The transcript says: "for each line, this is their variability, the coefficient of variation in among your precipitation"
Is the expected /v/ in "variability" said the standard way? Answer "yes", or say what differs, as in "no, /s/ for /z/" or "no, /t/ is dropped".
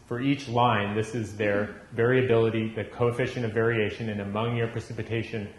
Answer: yes